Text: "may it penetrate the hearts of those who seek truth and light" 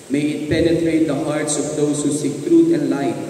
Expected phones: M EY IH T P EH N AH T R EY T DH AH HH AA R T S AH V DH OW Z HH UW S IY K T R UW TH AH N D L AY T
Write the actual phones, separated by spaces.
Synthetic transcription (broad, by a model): M EY IH T P EH N AH T R EY T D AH HH AA R T S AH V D OW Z HH UW S IY K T R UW T AH N D L AY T